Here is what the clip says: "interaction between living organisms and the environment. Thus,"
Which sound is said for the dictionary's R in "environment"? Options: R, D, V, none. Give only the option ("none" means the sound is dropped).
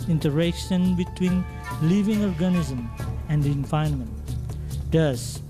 none